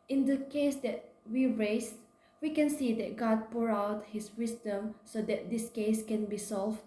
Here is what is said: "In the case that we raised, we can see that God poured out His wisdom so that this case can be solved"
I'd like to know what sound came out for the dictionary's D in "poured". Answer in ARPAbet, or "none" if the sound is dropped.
none